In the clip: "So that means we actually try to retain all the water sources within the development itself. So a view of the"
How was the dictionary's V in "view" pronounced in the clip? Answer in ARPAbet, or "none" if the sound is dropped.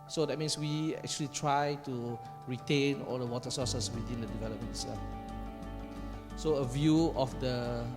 V